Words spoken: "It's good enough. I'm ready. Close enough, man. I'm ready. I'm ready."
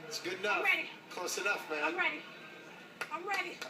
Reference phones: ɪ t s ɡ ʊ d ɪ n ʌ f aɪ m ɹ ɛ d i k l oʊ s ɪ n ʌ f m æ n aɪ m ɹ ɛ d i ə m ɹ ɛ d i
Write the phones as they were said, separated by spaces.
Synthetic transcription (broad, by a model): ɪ t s ɡ ʊ d n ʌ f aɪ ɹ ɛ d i k oʊ s ɪ n ʌ f m æ n ɹ ɛ d i ə m ɹ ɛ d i